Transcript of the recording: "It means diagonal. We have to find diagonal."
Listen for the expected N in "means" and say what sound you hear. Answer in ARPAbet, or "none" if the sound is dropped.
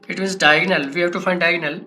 none